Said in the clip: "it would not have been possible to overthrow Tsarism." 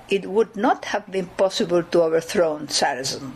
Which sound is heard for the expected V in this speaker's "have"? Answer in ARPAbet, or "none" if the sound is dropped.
V